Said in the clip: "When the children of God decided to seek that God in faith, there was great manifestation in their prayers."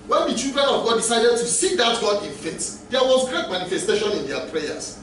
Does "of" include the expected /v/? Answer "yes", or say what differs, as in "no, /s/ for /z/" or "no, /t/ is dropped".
yes